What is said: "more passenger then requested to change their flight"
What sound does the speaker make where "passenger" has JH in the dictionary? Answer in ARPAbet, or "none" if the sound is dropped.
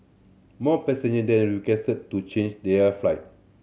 none